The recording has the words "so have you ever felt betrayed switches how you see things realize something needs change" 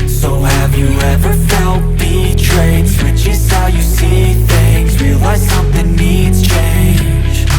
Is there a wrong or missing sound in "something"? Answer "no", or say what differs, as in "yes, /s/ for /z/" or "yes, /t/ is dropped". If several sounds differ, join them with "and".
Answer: no